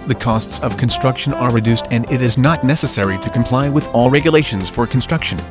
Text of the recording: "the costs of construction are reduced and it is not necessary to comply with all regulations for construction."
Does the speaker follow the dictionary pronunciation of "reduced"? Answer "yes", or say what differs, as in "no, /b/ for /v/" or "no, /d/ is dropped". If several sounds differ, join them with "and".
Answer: yes